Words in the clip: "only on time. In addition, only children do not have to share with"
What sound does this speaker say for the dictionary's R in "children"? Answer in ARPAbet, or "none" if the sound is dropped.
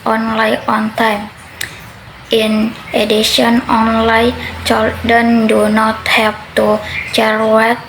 none